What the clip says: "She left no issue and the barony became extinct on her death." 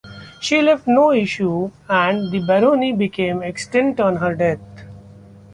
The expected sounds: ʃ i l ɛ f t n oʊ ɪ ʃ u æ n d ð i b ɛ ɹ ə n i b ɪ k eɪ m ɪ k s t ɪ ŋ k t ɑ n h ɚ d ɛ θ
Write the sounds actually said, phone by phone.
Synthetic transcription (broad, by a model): ʃ i l ɛ f t n oʊ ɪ ʃ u æ n d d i b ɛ ɹ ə n i b ɪ k eɪ m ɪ k s t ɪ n t ɑ n h ɚ d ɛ t